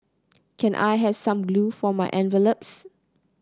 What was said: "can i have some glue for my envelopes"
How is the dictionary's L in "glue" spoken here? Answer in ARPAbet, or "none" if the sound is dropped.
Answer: L